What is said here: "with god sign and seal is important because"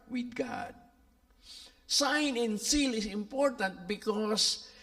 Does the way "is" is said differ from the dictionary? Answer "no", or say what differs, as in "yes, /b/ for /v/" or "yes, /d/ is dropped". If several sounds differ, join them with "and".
yes, /s/ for /z/